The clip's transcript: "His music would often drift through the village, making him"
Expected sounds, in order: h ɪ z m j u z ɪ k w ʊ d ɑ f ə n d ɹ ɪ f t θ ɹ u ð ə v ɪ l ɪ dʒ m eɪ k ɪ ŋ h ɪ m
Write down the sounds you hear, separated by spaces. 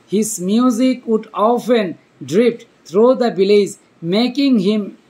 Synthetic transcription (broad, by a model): h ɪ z m j u z ɪ k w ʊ d ɑ f ə n d ɹ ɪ p t t ɹ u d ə b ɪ l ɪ z m eɪ k ɪ ŋ h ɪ m